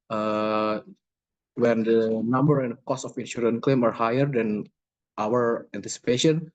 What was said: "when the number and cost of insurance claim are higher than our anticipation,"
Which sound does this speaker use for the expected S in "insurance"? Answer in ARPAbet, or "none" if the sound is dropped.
none